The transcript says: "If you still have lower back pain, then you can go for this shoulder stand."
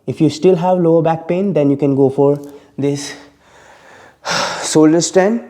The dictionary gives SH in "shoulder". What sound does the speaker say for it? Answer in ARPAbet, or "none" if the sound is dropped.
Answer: S